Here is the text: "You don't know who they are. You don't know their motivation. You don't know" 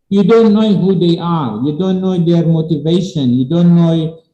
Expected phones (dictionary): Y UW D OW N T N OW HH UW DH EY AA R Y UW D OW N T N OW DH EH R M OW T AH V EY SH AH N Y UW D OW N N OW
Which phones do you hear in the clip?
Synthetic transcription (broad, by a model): Y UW D OW N T N OW HH UW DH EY AA R Y UW D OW N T N OW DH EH R M OW T AH V EY SH AH N Y UW D OW N N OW